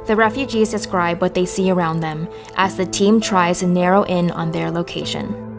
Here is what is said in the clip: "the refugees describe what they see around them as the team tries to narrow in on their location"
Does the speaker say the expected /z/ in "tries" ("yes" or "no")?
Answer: yes